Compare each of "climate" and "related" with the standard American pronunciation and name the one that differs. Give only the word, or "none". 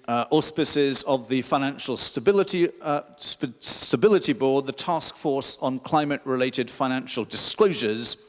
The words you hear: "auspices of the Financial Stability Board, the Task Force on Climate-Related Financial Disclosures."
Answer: none